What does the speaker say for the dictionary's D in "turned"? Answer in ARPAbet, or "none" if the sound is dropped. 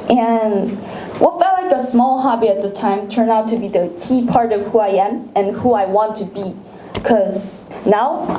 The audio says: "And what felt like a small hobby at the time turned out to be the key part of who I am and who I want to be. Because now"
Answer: none